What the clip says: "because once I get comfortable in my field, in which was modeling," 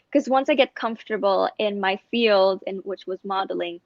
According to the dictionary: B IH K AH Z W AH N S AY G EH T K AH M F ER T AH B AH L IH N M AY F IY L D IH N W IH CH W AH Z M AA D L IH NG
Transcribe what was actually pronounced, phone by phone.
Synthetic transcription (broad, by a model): K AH Z W AH N S AY G EH T K AH M F T AH B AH L IH N M AY F IY L D IH N W IH CH W AH Z M AA D L IH NG